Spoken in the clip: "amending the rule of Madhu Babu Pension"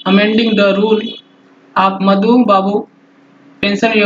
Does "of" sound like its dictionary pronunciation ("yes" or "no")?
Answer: no